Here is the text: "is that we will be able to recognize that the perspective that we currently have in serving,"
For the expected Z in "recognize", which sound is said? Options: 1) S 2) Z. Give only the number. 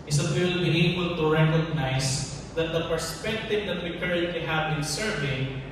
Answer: 1